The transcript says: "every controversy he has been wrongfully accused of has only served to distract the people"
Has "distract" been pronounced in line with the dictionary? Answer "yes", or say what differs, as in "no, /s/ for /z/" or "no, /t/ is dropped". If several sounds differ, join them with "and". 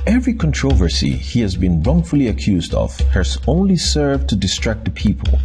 yes